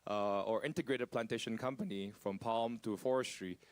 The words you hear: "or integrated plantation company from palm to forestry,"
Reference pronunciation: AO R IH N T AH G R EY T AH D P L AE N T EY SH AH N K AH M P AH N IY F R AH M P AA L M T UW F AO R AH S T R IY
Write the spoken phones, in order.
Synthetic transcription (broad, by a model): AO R IH N T AH G R EY T AH D P L AE N T EY SH AH N K AH M P AH N IY F R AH M P AA L M T UW F AO R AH S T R IY